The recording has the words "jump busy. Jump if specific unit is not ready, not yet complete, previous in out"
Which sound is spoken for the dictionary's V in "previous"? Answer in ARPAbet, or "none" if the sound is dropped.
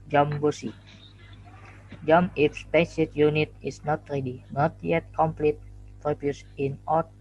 B